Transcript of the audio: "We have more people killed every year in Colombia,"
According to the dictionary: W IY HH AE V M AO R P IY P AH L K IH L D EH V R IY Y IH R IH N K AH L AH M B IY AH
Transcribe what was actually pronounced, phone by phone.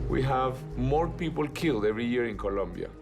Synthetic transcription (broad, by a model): W IY HH AE V M AO R P IY P AH L K IH L D EH V R IY Y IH R IH N K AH L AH M B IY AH